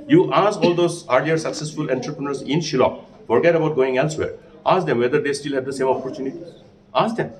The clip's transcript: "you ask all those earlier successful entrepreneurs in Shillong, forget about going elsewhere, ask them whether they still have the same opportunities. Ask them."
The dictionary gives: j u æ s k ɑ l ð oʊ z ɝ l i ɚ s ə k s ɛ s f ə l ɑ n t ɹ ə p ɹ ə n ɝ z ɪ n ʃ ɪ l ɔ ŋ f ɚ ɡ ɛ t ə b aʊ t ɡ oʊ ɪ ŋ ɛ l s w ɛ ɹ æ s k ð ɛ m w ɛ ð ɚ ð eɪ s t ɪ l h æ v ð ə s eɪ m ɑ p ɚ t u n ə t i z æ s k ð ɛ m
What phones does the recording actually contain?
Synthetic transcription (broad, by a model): j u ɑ s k ɑ l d oʊ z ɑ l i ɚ s ə k s ɛ s f ə l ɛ n t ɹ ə p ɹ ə n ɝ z ɪ n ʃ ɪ l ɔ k f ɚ ɡ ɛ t ə b aʊ t ɡ oʊ ɪ ŋ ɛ l s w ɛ ɹ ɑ s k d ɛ m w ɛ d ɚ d eɪ s t ɪ l h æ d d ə s eɪ m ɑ p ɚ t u n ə t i ɑ s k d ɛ m